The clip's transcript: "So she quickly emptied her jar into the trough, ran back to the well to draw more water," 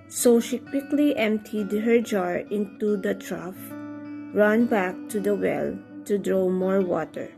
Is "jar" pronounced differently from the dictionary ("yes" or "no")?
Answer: no